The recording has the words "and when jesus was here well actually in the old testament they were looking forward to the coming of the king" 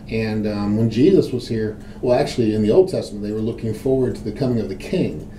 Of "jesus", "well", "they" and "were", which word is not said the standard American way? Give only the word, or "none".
none